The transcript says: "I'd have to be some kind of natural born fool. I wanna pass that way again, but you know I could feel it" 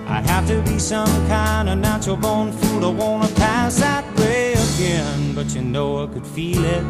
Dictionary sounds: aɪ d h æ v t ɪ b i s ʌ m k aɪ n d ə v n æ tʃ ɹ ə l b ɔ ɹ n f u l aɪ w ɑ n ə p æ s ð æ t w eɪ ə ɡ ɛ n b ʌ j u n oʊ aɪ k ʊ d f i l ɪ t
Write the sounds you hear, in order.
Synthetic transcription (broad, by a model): aɪ h æ f t ɪ b i s ʌ m k aɪ n d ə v n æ tʃ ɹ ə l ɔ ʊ n f u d aɪ w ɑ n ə p æ s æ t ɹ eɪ ə ɡ ɛ n b ʌ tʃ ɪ n oʊ aɪ k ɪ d f i l ɪ t